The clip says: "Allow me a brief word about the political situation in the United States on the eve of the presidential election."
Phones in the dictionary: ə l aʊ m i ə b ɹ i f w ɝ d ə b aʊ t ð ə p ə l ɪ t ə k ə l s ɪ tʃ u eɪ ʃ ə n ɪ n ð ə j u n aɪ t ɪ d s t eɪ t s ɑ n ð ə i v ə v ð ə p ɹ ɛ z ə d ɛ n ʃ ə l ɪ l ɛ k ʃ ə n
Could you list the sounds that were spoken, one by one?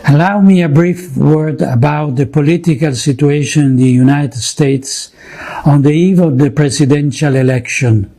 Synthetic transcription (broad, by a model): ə l aʊ m i ə b ɹ i f w ɝ d ə b aʊ t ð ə p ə l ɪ t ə k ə l s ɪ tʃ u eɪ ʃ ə n ɪ n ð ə j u n aɪ t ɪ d s t eɪ t s ɑ n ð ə i v ə v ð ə p ɹ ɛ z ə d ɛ n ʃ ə l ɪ l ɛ k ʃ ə n